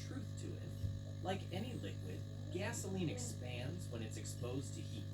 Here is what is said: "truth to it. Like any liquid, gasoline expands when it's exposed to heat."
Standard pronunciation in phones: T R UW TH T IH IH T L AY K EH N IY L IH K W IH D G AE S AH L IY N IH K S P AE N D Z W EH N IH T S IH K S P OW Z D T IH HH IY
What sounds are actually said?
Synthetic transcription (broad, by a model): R UW TH T IH IH T L AY K EH N IY L IH K W IH D G AE S AH L IY N IH K S P AE N D Z W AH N IH T S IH K S P OW Z T IH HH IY